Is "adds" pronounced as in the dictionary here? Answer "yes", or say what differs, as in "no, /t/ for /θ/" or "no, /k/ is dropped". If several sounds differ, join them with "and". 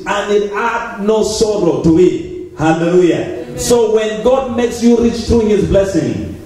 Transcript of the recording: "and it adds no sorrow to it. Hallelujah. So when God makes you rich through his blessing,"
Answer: no, /z/ is dropped